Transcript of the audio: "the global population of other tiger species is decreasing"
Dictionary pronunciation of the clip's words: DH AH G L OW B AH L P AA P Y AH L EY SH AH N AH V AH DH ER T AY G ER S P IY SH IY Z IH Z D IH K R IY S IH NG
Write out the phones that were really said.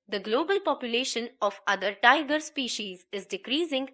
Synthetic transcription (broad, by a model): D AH G L OW B AH L P AA P Y AH L EY SH AH N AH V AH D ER T AY G ER S P IY SH IY Z IH Z D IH K R IY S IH NG